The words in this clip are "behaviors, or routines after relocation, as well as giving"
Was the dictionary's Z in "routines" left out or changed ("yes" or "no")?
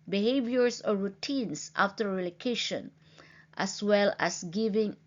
yes